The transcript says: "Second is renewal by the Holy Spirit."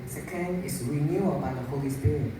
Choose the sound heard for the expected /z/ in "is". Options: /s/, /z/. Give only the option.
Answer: /s/